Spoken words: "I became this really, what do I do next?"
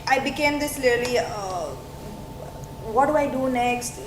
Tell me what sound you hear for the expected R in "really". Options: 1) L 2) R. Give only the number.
1